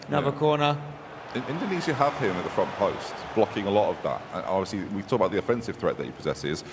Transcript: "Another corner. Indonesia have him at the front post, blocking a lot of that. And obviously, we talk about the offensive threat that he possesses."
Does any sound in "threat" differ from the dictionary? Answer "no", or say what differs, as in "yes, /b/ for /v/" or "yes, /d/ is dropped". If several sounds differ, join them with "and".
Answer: no